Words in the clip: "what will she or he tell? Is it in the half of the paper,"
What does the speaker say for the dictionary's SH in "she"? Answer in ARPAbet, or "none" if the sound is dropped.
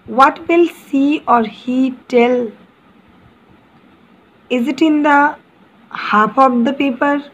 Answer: S